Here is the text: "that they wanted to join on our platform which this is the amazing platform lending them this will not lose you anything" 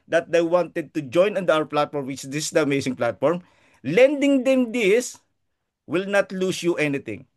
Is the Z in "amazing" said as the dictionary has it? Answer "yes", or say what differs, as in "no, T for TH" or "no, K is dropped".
no, S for Z